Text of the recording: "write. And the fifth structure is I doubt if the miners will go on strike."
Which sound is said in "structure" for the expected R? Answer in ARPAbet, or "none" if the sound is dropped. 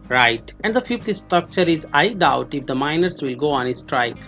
R